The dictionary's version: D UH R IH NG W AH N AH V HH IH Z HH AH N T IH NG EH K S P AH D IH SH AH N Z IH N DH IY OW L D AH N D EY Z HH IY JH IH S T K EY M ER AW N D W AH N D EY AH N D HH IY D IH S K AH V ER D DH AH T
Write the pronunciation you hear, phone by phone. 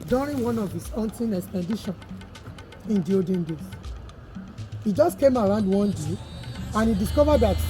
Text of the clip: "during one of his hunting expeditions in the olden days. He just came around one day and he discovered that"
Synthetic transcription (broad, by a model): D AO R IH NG W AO N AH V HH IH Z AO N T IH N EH K S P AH D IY SH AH N IH N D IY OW D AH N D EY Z HH IY JH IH S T K EY M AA AW N D W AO N D EY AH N HH IY D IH S K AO V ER D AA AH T